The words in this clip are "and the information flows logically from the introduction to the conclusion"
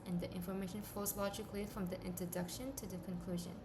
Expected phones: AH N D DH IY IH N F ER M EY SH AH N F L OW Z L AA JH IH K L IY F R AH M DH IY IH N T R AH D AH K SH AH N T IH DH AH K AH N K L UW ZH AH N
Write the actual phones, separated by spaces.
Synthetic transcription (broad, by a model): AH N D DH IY IH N F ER M EY SH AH N F OW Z L AA JH IH K L IY F R AH M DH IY IH N T R AH D AH K SH AH N T IH DH AH K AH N K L UW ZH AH N